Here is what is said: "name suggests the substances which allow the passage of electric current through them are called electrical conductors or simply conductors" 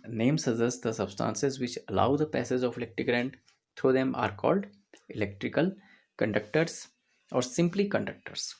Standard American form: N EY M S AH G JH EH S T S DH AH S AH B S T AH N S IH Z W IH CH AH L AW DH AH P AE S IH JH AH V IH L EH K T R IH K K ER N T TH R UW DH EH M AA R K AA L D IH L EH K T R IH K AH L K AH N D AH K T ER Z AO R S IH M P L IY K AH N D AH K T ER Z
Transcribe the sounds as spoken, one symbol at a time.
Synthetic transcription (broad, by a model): N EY M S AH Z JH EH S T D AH S AH B S T AH N S IH Z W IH CH AH L AW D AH P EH S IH Z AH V IH L EH K T R IH K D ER N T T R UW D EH M AA R K AA L D IH L EH K T R IH K AH L K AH N D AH K T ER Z AO R S IH M P L IY K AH N D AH K T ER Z